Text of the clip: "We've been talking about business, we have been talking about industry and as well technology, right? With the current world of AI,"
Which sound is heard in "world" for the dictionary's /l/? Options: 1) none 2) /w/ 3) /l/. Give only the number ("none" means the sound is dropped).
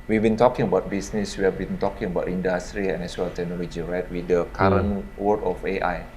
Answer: 1